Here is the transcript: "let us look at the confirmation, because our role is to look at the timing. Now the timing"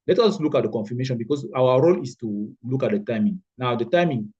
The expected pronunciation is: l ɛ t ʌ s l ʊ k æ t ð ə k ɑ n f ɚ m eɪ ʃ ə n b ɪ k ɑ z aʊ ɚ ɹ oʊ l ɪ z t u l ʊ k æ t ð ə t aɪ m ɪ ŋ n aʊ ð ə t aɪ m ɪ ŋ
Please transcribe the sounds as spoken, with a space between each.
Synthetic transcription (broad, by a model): l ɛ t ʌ s l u k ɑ t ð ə k ɑ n f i m eɪ ʃ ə n b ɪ k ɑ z aʊ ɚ ɹ oʊ l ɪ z t u l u k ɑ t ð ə t aɪ m ɪ ŋ n aʊ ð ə t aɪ m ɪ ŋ